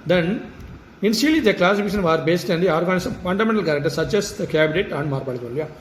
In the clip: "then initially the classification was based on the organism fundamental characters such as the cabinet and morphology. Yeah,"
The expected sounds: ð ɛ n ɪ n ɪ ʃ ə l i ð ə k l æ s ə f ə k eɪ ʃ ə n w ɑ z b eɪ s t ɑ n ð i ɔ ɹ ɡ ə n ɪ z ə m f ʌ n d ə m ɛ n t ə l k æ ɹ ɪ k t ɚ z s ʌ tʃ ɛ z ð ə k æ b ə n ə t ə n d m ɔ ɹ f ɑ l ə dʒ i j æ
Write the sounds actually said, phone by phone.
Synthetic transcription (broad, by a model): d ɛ n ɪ n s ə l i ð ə k l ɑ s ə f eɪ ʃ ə n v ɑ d b eɪ s t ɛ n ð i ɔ ɹ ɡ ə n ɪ s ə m f ʌ n d ə m ɛ n t ə l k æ ɹ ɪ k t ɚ s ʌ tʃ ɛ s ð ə k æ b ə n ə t ə n d m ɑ ɹ p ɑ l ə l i j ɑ